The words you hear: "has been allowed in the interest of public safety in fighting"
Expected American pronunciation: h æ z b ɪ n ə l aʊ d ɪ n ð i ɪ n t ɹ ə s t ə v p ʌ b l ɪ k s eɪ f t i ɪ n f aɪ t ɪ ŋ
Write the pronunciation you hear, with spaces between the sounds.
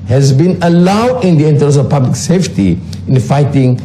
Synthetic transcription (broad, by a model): h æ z b ɪ n ə l aʊ d ɪ n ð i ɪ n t ə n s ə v p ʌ b l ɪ k s eɪ f t i ɪ n f aɪ t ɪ ŋ